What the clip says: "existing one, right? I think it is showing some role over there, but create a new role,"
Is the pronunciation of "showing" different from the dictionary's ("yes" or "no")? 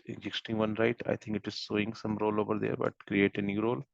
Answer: yes